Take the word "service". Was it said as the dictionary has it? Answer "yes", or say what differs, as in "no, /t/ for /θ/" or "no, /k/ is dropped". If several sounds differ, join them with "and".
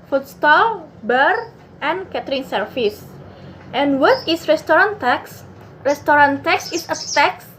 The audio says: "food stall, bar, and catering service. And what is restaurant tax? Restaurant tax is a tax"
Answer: no, /f/ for /v/